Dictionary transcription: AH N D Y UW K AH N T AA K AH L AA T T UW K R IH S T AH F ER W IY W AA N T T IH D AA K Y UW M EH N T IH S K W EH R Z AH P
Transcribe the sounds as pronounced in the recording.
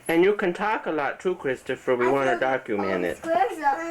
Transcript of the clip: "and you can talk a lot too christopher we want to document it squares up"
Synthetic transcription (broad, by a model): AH N Y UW K AH N T AA K AH L AA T T UW K R IH S T AH F ER W IY W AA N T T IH D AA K Y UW M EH N IH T